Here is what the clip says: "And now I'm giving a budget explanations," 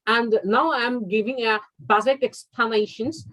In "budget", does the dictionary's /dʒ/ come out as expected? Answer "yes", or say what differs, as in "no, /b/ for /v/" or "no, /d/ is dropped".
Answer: no, /z/ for /dʒ/